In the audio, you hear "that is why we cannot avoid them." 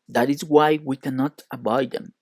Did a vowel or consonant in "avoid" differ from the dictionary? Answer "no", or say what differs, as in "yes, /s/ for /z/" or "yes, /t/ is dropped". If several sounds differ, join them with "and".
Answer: yes, /b/ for /v/